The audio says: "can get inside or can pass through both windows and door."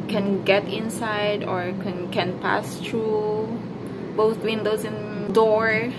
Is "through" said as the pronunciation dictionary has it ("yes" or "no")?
no